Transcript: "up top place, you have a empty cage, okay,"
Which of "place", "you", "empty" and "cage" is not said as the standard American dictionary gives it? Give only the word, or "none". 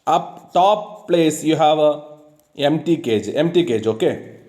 none